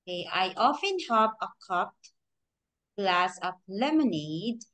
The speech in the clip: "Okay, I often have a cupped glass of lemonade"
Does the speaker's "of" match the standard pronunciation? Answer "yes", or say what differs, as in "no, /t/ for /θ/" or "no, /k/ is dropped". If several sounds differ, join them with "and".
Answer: no, /p/ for /v/